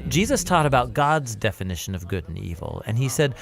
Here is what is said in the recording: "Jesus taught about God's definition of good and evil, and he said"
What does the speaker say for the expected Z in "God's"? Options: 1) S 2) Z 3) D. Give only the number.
2